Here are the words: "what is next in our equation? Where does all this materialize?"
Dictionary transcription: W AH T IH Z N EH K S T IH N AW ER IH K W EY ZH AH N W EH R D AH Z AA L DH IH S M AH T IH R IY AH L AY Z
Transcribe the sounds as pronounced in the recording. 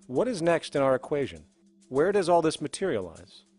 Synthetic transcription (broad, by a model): W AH T IH Z N EH K S T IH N AW ER IH K W EY ZH AH N W EH R D AH Z AA L DH IH S M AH T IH R IY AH L AY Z